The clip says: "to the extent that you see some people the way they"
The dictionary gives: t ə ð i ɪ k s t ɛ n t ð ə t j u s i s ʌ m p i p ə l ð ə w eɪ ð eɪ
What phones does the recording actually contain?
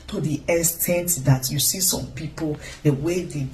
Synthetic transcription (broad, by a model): t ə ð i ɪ s t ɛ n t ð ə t j u s i s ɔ m p i p ə l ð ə w eɪ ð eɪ